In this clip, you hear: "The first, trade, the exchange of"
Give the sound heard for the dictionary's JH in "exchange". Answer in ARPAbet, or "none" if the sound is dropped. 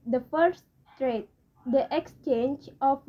JH